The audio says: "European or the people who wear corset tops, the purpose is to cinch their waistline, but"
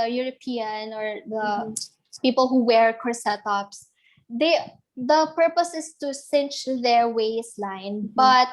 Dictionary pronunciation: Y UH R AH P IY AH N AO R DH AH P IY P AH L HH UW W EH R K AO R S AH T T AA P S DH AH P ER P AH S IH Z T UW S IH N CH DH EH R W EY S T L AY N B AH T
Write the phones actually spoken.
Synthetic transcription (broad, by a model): Y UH R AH P IY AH N AO R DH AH P IY P AH L HH UW W EH R K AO R S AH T T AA P S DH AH P ER P AH S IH S T UW S IH N CH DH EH R W EY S L AY N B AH T